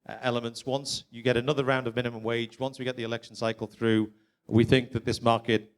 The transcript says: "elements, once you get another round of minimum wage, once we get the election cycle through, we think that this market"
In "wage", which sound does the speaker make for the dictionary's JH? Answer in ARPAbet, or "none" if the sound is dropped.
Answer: JH